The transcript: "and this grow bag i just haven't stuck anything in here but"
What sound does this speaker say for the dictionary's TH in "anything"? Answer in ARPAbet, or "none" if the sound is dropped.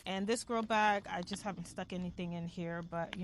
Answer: TH